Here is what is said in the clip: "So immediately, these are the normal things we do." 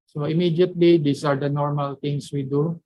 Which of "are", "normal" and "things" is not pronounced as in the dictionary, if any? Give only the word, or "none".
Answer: things